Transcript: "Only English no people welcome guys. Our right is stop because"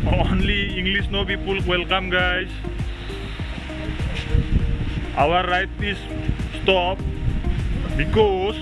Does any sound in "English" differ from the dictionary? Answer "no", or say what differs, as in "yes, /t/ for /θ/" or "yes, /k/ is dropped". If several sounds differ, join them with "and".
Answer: yes, /s/ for /ʃ/